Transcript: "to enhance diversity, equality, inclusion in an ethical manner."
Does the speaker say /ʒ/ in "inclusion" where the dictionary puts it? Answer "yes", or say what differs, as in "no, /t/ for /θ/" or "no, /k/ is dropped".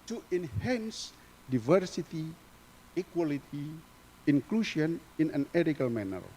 no, /ʃ/ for /ʒ/